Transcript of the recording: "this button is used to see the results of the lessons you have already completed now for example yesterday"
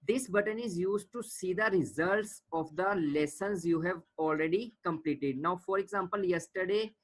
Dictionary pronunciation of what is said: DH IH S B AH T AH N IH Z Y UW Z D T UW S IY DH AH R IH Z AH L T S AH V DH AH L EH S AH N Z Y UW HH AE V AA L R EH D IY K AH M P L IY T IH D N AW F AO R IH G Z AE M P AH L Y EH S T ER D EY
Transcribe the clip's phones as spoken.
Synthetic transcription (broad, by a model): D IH S B AH T AH N IH Z Y UW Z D T UW S IY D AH R IH Z AH L T S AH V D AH L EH S AH N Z Y UW HH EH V AA L R EH D IY K AH M P L IY T IH D N AW F AO R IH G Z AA M P AH L Y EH S T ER D EY